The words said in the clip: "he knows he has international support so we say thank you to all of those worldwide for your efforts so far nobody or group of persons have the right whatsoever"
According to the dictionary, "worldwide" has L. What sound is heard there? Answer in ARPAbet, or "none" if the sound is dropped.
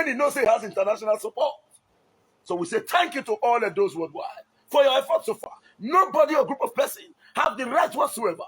none